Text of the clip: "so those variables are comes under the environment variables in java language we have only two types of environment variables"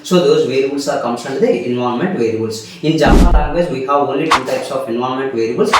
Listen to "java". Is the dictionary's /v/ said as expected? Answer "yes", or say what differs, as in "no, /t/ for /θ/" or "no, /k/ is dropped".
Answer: no, /p/ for /v/